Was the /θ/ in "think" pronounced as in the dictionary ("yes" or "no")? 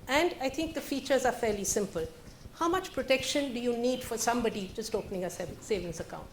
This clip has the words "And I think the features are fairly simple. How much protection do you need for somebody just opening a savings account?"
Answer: no